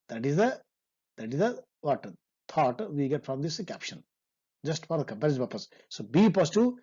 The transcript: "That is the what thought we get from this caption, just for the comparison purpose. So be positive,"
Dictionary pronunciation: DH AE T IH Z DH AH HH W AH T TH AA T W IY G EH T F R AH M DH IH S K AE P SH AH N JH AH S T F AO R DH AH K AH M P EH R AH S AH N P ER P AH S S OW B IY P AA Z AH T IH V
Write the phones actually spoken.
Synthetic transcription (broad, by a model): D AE T IH Z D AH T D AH T T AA T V IY G EH T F R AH M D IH S K AE P SH AH N JH AH S T F AO R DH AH K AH M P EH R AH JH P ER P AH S S OW B IY P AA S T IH